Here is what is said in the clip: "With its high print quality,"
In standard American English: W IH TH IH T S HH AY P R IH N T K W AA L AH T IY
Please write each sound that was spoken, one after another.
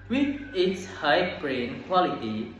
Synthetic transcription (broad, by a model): W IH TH IH T S HH AY B R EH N K W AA L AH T IY